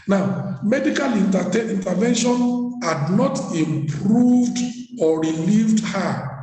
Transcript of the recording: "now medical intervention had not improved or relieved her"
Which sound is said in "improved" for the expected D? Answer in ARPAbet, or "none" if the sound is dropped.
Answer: D